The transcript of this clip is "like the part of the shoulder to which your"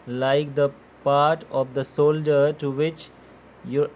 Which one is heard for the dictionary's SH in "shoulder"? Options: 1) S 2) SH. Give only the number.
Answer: 1